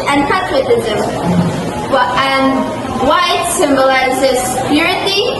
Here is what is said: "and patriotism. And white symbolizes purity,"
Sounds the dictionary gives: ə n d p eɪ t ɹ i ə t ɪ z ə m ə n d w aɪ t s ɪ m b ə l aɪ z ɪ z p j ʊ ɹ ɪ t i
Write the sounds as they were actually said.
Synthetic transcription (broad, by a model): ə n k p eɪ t w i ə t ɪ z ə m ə n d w aɪ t s ɪ m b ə l aɪ z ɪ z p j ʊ ɹ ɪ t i